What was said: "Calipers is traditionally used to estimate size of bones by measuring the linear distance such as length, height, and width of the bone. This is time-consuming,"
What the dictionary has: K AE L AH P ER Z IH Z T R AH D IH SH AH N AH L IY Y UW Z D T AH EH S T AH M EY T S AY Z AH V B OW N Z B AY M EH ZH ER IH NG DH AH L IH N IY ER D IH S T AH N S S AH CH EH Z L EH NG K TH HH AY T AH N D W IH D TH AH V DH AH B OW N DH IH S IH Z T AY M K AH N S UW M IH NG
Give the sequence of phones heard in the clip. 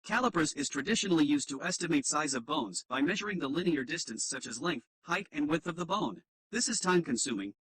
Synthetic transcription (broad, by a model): K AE L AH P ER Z IH Z T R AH D IH SH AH N L IY Y UW Z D T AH EH S T AH M EY T S AY Z AH V B OW N Z B AY M EH ZH ER IH NG DH AH L IH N IY ER D IH S T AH N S S AH CH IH Z L EH NG K TH HH AY T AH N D W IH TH AH V DH AH B OW N DH IH S IH Z T AY M K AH N S UW M IH NG